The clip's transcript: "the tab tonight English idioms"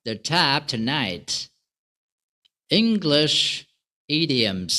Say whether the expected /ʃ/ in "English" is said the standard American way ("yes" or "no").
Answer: yes